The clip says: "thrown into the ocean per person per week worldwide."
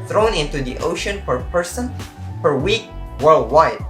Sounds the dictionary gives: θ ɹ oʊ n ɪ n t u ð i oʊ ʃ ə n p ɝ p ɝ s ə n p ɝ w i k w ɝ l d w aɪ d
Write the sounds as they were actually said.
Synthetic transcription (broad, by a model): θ ɹ oʊ n ɪ n t u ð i oʊ ʃ ə n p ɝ p ɝ s ə n p ɝ w i k w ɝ l d w aɪ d